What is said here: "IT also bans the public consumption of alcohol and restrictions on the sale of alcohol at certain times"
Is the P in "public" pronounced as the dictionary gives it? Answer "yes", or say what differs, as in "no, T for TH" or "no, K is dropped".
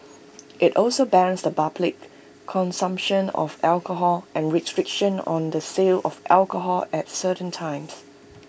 no, B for P